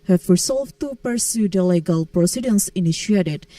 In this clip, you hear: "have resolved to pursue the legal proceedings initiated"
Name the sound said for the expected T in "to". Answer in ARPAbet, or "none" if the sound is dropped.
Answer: T